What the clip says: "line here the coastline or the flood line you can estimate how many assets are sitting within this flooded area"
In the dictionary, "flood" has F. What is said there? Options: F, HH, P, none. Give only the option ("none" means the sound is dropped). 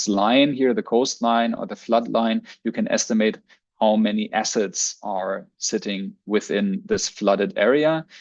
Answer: F